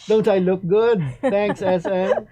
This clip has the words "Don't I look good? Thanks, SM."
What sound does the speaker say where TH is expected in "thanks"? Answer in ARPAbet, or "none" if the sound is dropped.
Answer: T